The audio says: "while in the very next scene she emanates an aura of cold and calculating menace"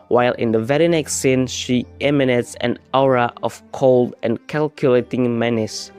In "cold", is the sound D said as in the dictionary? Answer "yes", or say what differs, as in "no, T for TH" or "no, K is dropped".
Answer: yes